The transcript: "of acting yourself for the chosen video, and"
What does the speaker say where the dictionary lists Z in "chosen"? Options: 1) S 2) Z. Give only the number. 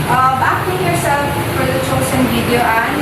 1